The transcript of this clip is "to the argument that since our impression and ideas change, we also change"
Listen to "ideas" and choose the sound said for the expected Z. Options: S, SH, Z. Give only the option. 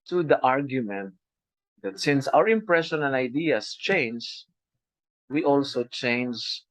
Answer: S